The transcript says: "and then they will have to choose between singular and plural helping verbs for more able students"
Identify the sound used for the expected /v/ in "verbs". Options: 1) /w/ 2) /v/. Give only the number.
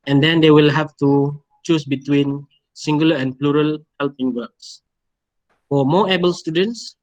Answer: 1